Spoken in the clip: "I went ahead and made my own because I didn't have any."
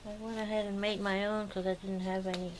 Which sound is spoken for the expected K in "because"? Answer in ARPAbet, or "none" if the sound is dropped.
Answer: none